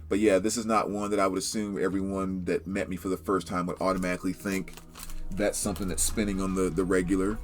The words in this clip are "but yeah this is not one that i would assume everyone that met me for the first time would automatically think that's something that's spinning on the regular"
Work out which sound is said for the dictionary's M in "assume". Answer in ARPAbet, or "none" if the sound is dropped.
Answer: M